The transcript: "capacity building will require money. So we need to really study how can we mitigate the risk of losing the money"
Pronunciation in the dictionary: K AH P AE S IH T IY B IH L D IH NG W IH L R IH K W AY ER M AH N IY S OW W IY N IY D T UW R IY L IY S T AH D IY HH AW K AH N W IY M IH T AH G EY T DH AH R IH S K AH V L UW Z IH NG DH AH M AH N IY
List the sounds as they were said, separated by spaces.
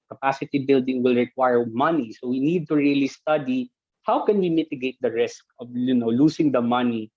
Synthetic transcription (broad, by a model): K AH P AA S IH T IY B IH L D IH NG W IH L R IH K W AY ER M AH N IY S OW W IY N IY D T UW R IY L IY S T AH D IY HH AW K AH N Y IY M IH T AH G EY T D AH R IH S K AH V L UW S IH NG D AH M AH N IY